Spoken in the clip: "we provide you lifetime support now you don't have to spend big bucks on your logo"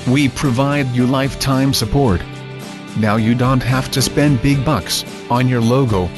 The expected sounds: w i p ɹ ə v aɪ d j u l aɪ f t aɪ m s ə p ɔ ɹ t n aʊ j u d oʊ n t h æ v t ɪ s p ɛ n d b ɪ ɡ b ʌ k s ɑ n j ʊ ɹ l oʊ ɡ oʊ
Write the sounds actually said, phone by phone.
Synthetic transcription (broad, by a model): w i p ɹ ə v aɪ d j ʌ l aɪ f t aɪ m s ə p ɔ ɹ t n aʊ j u d oʊ n t h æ f t ɪ s p ɛ n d b ɪ ɡ b ʌ k s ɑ n j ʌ ɹ l oʊ ɡ oʊ